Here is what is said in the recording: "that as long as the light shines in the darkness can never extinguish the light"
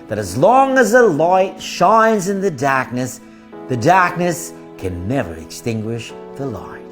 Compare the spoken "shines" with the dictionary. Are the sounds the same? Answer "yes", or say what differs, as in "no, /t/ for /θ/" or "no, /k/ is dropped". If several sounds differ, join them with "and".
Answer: yes